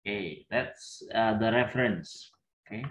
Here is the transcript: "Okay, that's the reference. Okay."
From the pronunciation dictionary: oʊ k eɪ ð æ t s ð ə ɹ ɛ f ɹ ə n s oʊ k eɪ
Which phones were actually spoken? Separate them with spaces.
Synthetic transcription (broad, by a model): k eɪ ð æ t s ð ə ɹ ɛ f ɹ ə n s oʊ k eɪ